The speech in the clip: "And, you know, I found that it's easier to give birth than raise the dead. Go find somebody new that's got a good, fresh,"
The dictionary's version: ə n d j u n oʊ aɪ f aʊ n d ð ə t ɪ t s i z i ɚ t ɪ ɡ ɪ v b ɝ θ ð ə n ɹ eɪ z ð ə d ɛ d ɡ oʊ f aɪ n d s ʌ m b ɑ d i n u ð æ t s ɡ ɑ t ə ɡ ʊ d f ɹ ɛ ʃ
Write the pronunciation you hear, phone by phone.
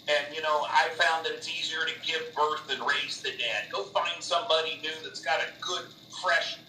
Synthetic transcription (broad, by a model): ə n j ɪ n oʊ aɪ f aʊ n d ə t ɪ t s i z i ɚ t ɪ ɡ ɪ v b ɝ θ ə n ɹ eɪ z ð ə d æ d ɡ oʊ f aɪ n d s ʌ m b ɑ d i n u ð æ t s ɡ ɑ t ə ɡ ʊ d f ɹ ɛ ʃ